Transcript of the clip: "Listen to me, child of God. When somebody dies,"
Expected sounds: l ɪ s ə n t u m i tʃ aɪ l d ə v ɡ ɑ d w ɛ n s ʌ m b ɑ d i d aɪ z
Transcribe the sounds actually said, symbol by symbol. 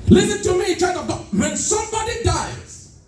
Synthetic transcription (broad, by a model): l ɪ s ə n t u m i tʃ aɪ d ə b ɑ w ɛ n s ʌ m b ɑ d i d aɪ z